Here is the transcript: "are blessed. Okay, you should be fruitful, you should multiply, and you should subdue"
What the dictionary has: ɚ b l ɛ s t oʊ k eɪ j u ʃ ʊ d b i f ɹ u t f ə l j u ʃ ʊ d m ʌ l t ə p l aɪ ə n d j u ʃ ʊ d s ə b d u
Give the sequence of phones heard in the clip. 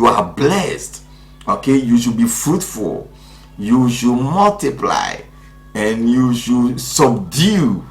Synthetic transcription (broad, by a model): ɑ b l ɛ s t oʊ k eɪ j u ʃ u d b i f ɹ u t f ə l j u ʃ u m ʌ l t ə p l aɪ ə n j u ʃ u s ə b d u